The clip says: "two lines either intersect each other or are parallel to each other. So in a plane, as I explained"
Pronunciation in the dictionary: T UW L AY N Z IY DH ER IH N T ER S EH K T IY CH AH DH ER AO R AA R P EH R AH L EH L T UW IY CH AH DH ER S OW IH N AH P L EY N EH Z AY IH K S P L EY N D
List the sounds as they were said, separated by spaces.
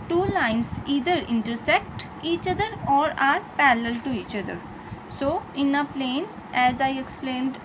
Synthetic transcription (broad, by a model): T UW L AY N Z IY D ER IH N T ER S EH K T IY CH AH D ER AO R AA R P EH L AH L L T UW IY CH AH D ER S OW IH N AH P L EY N EH Z AY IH K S P L EY N D